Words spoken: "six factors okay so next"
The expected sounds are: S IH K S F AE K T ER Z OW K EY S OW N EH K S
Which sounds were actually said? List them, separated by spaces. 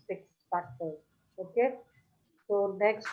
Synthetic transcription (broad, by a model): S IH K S P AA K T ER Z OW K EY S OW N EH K S